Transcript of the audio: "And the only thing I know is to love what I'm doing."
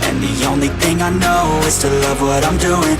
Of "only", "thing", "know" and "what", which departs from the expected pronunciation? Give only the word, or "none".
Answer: none